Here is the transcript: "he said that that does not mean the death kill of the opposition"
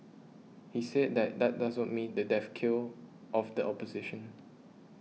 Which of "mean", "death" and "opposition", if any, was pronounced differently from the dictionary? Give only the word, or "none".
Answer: death